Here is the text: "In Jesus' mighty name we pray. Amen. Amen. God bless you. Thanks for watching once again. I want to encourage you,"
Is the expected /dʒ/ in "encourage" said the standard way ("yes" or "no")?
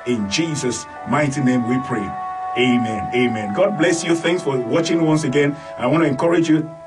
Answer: yes